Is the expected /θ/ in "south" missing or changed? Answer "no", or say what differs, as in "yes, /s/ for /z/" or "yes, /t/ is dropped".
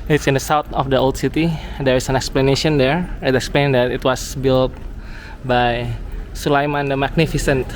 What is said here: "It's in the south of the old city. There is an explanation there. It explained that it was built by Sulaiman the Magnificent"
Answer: yes, /t/ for /θ/